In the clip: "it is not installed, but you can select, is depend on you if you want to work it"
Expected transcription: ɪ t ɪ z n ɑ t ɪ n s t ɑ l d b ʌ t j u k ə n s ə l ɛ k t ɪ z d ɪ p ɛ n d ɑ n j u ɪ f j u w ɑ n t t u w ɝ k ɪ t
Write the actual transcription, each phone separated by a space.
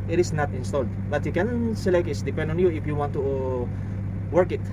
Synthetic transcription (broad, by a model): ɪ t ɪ s n ɑ t ɪ n s t ɑ l d b ʌ t j u k ə n s ə l ɛ k t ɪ s d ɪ p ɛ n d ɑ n j u ɪ f j u w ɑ n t t u w ɝ k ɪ t